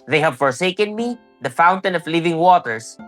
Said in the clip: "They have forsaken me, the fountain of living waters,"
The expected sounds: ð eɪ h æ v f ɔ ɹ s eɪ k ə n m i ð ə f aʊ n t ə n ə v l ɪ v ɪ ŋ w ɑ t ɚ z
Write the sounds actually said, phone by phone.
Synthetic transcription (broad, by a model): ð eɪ h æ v f ɔ ɹ s eɪ k ə n m i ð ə f aʊ n t ə n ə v l ɪ v ɪ ŋ w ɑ t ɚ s